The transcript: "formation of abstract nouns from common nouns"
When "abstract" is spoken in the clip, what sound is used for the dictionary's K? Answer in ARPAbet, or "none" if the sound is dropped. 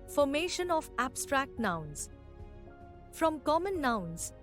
K